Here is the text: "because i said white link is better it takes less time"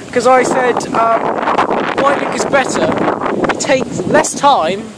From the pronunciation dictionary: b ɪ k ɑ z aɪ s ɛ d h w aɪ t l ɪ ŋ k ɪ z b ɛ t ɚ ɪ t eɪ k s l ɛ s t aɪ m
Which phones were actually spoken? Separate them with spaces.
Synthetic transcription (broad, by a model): k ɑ z aɪ s ɛ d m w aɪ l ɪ k ɪ z b ɛ t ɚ ɪ t eɪ k s l ɛ s t aɪ m